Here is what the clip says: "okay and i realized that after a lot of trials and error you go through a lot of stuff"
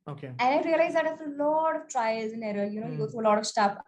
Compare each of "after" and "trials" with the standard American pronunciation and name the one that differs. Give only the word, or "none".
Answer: after